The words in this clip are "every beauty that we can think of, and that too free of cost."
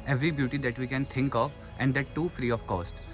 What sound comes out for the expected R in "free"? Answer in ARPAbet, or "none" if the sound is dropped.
R